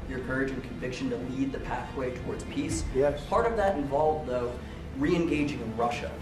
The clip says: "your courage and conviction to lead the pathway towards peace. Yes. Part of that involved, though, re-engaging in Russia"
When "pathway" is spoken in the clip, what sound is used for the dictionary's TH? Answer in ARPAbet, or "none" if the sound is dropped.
TH